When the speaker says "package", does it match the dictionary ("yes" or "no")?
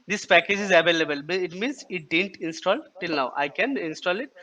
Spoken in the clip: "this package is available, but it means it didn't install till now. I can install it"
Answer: yes